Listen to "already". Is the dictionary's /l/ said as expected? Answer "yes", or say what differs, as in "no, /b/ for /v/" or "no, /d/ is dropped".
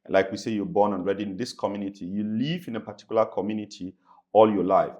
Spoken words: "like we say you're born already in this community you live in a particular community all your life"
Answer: no, /n/ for /l/